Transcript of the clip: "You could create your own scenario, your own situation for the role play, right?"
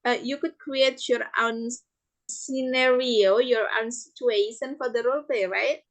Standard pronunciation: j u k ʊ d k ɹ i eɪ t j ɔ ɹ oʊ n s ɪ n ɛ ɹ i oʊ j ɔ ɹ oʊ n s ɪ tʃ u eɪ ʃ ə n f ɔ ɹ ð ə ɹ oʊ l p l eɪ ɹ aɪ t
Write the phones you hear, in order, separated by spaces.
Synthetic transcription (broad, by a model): j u k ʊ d k ɹ i eɪ t j ɔ ɹ oʊ n s ɪ n ɛ ɹ i oʊ j ɔ ɹ oʊ n s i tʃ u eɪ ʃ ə n f ɔ ɹ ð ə ɹ oʊ l p l eɪ ɹ aɪ t